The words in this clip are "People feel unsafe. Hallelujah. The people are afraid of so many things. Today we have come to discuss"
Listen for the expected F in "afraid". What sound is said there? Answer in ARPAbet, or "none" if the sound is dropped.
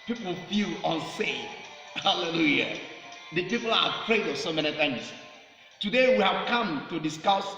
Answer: P